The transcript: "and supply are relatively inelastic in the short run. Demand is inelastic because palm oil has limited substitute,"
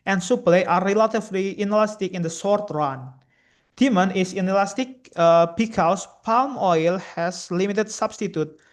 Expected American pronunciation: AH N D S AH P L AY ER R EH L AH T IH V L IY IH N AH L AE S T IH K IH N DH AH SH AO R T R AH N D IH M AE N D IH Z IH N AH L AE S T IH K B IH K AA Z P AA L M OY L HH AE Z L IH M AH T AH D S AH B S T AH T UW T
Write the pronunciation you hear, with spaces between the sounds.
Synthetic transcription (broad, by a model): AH N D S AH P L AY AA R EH L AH T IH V L IY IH N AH L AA S T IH K IH N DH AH S AO R T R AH N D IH M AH N IH S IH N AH L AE S T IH K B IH K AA S P AA L M OY L HH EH S L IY M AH T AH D S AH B S T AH T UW T